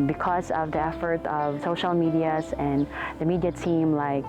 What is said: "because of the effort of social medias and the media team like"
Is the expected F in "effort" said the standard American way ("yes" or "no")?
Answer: yes